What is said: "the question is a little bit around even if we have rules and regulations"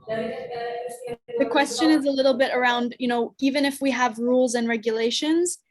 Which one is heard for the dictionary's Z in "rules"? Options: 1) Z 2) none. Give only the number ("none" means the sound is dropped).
1